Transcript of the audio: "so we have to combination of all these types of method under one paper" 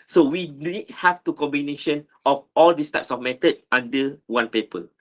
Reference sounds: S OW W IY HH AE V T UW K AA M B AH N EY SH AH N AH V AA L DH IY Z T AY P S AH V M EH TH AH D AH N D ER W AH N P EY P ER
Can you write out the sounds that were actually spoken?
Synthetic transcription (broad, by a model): S OW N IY HH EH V T UW K AA M B AH N EY SH AH N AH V AA L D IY S T AY P S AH F M EH T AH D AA N D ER W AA N P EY P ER